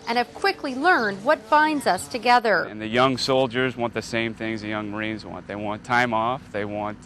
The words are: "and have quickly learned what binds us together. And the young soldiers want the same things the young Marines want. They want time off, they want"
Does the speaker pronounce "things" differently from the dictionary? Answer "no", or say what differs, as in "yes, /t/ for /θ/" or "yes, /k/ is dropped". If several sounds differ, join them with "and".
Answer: no